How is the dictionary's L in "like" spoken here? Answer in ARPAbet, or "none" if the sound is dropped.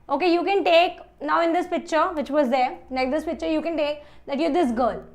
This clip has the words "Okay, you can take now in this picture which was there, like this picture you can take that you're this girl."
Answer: N